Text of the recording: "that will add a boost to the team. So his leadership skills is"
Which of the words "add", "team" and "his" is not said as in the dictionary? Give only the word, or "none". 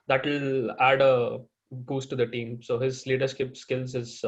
none